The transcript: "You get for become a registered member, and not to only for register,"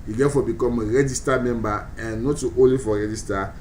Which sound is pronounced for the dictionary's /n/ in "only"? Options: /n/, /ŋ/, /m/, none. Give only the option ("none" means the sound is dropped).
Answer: none